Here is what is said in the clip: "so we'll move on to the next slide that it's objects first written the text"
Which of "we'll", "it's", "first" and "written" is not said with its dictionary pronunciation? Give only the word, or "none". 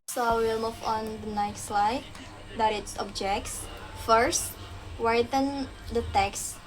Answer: written